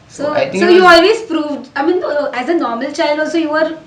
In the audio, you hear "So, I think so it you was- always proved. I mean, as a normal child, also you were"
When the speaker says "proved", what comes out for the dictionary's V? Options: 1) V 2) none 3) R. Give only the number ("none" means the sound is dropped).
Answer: 1